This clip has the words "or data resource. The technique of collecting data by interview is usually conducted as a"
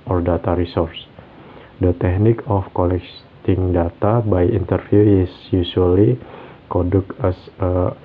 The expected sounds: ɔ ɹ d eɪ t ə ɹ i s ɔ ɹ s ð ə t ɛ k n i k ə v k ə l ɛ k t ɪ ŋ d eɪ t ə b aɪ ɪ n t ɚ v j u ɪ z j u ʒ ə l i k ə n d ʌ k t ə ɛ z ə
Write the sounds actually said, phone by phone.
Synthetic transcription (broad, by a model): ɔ ɹ d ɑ t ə ɹ i s ɔ ɹ s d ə t ɛ k n i k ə f k ə l ɛ k t ɪ ŋ d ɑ t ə b aɪ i n t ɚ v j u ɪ s j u s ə l i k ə d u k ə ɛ s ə